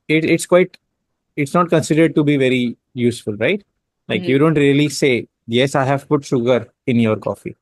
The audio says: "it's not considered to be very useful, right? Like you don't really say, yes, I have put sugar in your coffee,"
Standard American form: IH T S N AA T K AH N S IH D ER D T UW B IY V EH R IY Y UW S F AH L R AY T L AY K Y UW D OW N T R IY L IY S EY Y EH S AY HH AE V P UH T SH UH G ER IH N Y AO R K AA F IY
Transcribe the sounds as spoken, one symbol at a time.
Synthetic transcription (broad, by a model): IH T S N AA T K AH N S IH D ER D T UW B IY V EH R IY Y UW S F AH L R AY T L AY K Y UW D OW N T R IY L IY S EY Y EH S AY HH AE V P UH T SH UH G ER IH N Y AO R K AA F IY